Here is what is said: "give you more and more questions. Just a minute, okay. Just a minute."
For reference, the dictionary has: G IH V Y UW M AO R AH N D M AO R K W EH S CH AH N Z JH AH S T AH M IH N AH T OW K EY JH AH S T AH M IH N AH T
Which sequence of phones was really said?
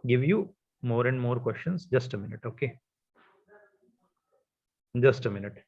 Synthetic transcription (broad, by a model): G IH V Y UW M AO R AH N D M AO R K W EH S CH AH N S JH AH S T AH M IH N AH T OW K EY JH AH S T AH M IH N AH T